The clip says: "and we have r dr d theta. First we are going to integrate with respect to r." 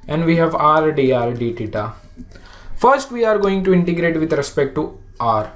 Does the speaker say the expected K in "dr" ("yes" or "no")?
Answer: no